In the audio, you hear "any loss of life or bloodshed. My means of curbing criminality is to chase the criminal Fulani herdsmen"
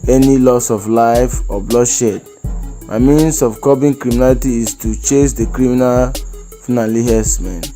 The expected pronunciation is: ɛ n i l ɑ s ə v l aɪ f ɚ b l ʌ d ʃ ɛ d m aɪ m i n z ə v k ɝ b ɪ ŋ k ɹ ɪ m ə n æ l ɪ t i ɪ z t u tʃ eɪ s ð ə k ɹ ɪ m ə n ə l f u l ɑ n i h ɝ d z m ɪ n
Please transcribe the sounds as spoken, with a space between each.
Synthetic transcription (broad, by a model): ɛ n i l ɑ s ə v l aɪ f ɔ b l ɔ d ʃ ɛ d m aɪ m i n s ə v k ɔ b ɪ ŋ k ɹ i m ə n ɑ l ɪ t i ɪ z t u tʃ eɪ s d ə k ɹ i m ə n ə l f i n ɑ l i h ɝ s m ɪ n